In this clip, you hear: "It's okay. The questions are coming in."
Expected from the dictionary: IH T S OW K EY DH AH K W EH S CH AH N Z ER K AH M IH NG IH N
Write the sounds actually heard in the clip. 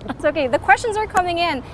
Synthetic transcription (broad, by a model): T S OW K EY DH AH K W EH S CH AH N Z ER K AH M IH NG IH N